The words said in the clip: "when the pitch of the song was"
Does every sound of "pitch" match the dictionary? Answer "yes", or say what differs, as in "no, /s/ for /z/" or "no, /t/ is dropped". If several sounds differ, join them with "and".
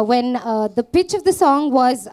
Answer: yes